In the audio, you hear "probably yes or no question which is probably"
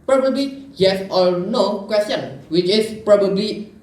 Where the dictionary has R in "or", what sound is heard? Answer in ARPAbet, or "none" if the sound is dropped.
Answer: L